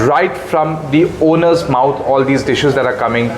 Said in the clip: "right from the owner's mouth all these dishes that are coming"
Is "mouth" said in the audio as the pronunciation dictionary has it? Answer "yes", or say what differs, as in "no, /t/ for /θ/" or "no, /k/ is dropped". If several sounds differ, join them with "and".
no, /t/ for /θ/